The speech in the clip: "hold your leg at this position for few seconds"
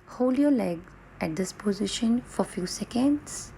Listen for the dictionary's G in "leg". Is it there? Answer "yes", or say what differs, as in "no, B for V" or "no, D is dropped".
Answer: yes